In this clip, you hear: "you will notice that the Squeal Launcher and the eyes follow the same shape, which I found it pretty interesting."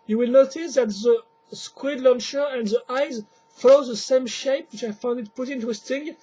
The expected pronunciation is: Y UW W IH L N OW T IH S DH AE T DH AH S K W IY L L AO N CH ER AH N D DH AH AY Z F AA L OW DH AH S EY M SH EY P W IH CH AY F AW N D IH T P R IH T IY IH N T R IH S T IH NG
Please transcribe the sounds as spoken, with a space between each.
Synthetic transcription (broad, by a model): Y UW W IH L N OW T IH S DH AE T DH AH S K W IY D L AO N SH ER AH N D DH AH AY Z F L OW DH AH S EY M SH EY P W IH CH AY F AW N D IH T P UH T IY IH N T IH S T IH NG